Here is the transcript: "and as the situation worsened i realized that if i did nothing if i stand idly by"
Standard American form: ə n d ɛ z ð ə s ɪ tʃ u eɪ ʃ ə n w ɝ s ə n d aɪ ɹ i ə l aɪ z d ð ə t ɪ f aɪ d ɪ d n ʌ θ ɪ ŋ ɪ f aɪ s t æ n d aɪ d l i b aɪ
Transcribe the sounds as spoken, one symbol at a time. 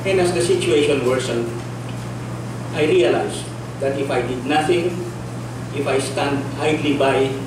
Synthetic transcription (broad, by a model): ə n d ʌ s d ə s ɪ tʃ u eɪ ʃ ə n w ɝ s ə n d aɪ ɹ i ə l aɪ s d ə t ɪ f aɪ d ɪ d n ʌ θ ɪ ŋ ɪ f aɪ s t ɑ n d aɪ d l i b aɪ